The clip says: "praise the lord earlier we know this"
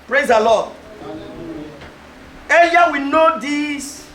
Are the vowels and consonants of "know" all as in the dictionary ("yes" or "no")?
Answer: yes